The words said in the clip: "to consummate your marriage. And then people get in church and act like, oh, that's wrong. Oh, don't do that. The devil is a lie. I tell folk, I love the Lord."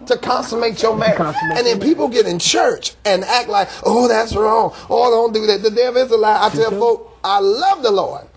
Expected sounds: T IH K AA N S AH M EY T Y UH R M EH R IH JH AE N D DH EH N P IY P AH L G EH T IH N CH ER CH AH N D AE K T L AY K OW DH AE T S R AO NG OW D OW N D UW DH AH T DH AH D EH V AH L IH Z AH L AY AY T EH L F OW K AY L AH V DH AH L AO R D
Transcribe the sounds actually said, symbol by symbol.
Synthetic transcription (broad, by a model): T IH K AA N S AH M EY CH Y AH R M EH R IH N DH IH N P IY P L G EH T IH N CH ER CH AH N AE K T L AY K OW DH AE T S R AO NG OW D OW N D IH DH AH T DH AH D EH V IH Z AH L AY AY T EH L F OW K AY L AH V DH AH L AO R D